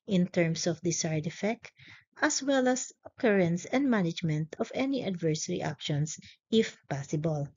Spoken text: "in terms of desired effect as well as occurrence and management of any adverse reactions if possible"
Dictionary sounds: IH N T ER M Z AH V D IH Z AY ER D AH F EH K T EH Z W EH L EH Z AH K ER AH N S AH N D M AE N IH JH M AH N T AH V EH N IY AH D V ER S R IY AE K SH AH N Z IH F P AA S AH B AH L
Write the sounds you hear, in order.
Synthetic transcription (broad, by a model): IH N T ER M S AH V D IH S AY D AH F EH K T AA S W EH L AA S AH K ER AH N S AH N D M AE N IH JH M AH N T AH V EH N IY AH D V ER S R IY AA K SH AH N S IH F P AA S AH B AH L